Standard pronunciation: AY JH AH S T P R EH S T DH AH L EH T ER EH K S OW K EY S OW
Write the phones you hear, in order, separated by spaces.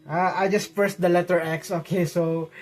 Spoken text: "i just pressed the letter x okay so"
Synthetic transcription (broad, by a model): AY JH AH S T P EH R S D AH L EH T ER EH K S OW K EY S OW